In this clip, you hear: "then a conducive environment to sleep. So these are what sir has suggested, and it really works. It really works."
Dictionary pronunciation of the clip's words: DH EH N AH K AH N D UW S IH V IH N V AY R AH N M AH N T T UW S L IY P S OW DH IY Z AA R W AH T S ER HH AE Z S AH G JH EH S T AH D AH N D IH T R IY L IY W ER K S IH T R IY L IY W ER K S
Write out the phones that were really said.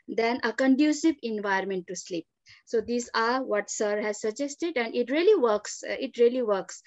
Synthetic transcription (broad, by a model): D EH N AH K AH N D UW S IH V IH N V AY AH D M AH N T T UW S L IY P S OW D IY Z AA R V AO T S ER HH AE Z S AH G JH EH S T AH D AH N D IH T R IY L IY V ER K S IH T R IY L IY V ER K S